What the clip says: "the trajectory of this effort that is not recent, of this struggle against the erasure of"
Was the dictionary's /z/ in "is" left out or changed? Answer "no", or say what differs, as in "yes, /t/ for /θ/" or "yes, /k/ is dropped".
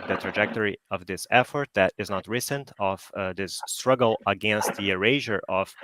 no